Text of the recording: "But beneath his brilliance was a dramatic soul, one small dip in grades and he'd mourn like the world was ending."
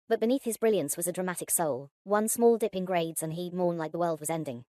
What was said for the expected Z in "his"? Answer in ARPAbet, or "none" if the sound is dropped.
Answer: Z